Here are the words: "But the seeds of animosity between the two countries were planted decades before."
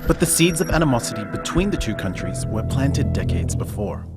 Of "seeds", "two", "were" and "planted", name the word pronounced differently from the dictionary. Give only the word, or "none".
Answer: none